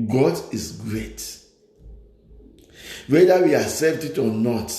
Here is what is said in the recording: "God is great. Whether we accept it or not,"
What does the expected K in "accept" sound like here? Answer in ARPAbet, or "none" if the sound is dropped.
none